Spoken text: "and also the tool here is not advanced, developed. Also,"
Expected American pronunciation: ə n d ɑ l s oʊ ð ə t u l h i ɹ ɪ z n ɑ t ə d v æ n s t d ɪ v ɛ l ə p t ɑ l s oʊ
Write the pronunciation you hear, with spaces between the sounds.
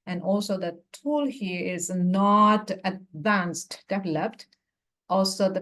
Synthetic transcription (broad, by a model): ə n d ɑ l s oʊ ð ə t u l h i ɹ ɪ z n ɑ t ə d v æ n s t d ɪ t l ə f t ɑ l s oʊ